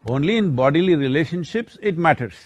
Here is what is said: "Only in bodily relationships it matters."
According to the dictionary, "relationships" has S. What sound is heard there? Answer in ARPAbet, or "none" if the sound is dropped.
S